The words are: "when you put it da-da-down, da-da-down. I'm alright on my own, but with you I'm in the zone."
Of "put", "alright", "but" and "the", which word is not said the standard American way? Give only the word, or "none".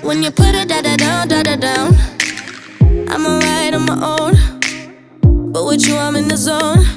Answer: alright